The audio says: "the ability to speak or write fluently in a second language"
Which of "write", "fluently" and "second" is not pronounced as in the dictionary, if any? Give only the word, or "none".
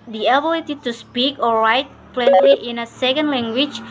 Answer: fluently